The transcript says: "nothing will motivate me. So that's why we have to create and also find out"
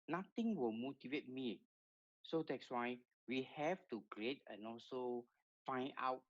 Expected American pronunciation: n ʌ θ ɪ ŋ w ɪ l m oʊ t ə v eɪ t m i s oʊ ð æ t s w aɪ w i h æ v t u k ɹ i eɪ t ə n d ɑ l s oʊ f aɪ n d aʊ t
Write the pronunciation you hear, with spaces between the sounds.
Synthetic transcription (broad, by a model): n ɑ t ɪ ŋ w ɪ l m oʊ t ə v eɪ t m i s oʊ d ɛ t s w aɪ w i h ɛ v t u k ɹ i eɪ t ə n ɑ l s oʊ f aɪ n aʊ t